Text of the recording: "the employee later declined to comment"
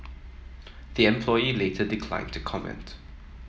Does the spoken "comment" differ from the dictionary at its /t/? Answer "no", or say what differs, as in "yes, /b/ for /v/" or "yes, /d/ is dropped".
no